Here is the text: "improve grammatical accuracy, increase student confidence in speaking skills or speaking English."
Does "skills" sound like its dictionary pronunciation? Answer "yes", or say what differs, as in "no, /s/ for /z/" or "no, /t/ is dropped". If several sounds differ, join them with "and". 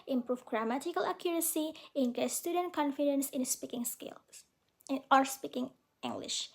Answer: no, /z/ is dropped